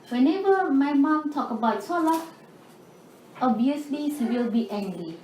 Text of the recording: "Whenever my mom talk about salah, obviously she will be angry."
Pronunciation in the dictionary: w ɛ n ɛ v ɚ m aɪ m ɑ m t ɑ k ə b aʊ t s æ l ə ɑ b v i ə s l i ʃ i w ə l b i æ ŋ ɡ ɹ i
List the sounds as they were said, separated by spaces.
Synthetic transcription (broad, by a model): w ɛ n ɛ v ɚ m aɪ m ɑ m t ɑ k ə b aʊ t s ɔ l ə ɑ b i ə s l i s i w ə l b i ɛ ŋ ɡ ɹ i